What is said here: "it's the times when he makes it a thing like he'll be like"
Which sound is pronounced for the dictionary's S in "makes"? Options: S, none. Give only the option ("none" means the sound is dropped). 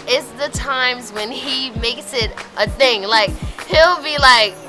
S